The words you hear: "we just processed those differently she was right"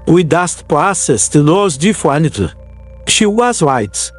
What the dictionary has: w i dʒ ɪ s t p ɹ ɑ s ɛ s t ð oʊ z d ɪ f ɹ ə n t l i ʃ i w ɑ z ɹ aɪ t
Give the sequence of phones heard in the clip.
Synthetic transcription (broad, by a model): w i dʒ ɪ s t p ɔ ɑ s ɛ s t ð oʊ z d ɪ f w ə n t i ʃ i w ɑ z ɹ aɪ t